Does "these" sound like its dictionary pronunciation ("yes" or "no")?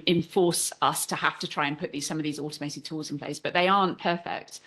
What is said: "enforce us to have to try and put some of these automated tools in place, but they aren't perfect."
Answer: yes